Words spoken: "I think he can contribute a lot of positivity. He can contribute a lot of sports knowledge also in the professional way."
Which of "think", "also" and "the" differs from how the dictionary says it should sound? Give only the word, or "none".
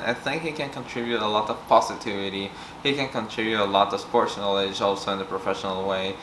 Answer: none